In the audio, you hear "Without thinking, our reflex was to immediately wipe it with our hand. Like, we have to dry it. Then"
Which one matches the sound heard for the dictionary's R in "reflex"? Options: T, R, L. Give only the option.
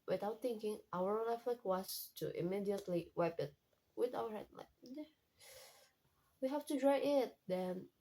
L